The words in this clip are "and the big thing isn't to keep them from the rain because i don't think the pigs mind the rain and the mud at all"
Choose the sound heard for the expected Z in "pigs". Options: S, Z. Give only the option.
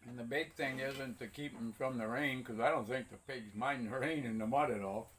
Z